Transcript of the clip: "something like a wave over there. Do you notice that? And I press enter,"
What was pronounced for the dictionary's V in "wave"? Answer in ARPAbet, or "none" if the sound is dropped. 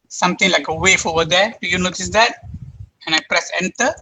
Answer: F